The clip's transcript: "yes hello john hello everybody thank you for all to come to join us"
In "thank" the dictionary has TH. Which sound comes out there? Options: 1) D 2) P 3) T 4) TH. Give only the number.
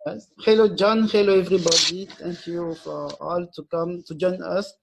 3